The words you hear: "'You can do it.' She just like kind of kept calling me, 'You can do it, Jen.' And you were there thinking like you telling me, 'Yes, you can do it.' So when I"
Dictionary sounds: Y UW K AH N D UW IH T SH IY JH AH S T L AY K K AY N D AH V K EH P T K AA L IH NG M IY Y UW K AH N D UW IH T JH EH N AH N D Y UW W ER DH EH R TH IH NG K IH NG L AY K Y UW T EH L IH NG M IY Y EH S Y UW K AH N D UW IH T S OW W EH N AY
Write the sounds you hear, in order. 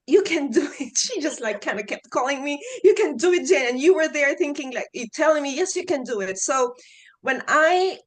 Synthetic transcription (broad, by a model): Y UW K AH N D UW IH T SH IY JH AH S T L AY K K AY N D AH K EH P T K AA L IH NG M IY Y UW K AH N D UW IH T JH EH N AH N Y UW W ER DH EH R TH IH NG K IH NG L AY K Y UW T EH L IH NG M IY Y EH S Y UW K AH N D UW IH T S OW W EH N AY